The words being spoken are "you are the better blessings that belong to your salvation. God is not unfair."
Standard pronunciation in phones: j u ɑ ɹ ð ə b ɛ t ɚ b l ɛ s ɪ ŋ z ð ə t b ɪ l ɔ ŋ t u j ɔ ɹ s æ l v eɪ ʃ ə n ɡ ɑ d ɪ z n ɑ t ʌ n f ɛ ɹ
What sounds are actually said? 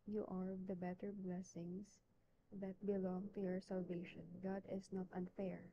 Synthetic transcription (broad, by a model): j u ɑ ɹ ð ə b ɛ t ɚ b l ɛ s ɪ ŋ s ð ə t b ɪ l ɔ ŋ t u j ɔ ɹ s æ l v eɪ ʃ ə n ɡ ɑ d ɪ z n ɑ t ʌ n f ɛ ɹ